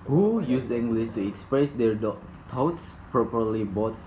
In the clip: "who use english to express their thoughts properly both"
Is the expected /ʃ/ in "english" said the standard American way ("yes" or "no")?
no